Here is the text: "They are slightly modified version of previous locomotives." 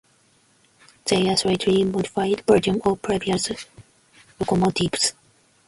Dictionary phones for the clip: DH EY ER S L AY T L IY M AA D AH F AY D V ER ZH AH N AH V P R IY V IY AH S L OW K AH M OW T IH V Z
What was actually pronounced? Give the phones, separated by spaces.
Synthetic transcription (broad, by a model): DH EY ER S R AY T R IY M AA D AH F AY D B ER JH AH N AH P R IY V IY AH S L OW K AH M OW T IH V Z